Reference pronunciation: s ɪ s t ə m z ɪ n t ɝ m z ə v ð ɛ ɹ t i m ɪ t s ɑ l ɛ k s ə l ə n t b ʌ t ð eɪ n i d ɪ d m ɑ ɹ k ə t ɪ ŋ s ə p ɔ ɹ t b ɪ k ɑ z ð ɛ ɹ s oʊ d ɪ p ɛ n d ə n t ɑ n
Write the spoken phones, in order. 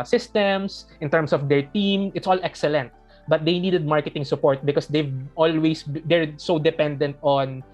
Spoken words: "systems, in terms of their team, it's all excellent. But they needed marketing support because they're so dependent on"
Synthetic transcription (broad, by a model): s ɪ s t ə m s ɪ n t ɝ m s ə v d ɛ ɹ t i m ɪ t s ɑ l ɛ k s ə l ə n t b ʌ t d eɪ n i d ɪ d m ɑ ɹ k ə t ɪ ŋ s ə p ɔ ɹ t b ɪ k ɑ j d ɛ ɹ s oʊ d ɪ p ɛ n d ə n t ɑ n